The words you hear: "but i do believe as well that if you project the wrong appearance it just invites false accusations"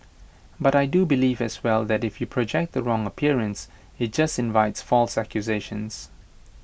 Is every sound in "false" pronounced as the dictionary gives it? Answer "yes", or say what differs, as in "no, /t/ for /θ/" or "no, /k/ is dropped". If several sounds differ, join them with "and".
yes